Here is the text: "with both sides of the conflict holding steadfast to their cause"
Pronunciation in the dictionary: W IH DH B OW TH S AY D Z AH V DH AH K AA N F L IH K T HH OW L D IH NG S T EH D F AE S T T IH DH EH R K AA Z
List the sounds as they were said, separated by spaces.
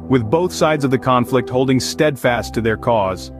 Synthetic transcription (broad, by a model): W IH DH B OW TH S AY D Z AH V DH AH K AA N F L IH K T HH OW L D IH NG S T EH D F AE S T T IH DH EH R K AA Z